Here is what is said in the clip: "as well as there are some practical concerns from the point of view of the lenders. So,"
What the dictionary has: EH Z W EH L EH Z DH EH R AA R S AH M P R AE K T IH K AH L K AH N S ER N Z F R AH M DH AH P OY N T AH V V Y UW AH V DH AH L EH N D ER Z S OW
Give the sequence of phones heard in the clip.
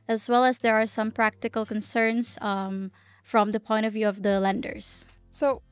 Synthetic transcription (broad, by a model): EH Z W EH L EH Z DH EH R AA R S AH M P R AE K T IH K AH L K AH N S ER N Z F R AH M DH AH P OY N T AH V V Y UW AH V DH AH L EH N D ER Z S OW